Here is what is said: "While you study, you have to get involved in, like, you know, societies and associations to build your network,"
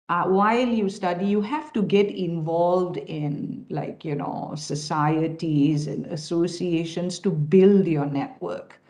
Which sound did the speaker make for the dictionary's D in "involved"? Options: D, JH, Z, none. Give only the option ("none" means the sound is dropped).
D